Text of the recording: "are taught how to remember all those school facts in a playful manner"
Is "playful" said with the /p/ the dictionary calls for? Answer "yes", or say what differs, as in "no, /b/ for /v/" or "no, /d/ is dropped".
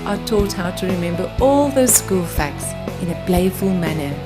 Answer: no, /b/ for /p/